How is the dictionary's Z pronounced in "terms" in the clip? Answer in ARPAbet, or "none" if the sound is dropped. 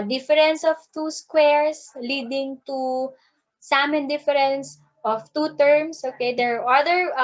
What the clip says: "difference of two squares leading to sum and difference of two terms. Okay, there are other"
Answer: S